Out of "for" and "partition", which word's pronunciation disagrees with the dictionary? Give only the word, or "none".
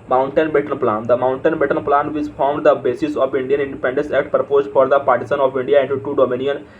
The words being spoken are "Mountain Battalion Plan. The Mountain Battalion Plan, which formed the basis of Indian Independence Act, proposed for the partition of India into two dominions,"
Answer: partition